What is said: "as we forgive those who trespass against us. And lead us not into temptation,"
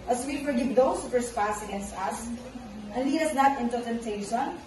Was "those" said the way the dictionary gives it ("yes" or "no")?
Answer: no